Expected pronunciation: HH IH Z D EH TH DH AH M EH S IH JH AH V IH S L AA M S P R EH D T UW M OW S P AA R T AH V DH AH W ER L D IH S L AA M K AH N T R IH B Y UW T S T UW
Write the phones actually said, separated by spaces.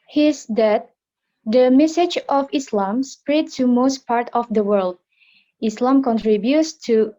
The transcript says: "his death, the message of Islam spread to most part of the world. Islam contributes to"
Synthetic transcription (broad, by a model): HH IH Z D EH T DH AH M EH S IH JH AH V IH S L AA M S P R EH D T UW M OW S P AA R T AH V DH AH W ER L D IH S L AA M K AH N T R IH B Y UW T S T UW